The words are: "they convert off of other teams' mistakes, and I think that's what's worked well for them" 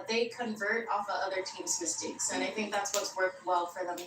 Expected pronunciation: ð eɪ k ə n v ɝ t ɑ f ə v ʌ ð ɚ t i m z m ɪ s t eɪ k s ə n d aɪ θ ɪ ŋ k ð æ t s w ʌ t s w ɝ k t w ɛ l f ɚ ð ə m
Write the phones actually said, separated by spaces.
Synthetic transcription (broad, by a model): ð eɪ k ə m v ɝ t ɑ f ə ʌ ð ɚ t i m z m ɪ s t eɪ k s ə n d aɪ θ ɪ ŋ k ð æ t s w ʌ t s w ɝ k t w ɛ l f ɚ ð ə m